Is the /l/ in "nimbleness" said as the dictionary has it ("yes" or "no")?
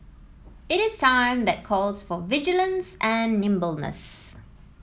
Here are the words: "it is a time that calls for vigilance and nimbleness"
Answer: yes